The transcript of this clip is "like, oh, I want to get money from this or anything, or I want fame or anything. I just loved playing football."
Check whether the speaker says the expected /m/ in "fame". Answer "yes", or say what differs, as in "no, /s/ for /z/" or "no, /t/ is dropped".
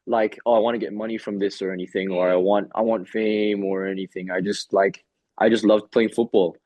yes